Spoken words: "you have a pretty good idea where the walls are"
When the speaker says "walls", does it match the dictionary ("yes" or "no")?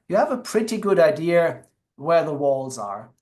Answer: yes